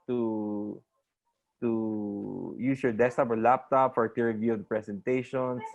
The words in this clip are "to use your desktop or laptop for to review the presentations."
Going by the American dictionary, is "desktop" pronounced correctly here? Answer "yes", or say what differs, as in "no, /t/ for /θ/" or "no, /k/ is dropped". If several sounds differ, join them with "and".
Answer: no, /k/ is dropped